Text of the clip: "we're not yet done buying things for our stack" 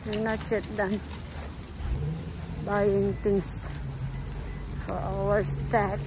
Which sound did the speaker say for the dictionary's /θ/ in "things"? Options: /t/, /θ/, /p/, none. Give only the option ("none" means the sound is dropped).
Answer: /t/